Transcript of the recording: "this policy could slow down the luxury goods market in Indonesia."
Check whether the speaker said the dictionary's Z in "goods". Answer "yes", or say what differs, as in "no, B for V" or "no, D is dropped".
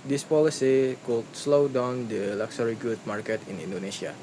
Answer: no, Z is dropped